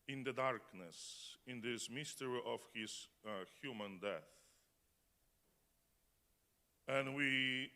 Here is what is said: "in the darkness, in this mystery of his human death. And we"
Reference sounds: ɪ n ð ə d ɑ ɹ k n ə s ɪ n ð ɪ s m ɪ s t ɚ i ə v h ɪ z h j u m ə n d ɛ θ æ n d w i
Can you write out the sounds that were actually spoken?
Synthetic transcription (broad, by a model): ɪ n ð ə d ɑ ɹ k n ə s ɪ n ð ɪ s m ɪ s t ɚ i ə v h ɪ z h j u m ə n d ɛ θ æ n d w i